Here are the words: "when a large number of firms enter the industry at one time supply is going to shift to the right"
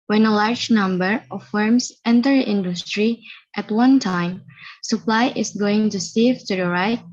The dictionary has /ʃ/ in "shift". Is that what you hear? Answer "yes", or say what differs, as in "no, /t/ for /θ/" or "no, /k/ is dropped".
no, /s/ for /ʃ/